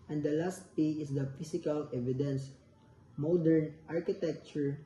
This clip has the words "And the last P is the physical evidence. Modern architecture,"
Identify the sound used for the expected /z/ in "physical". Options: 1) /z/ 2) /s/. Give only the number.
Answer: 2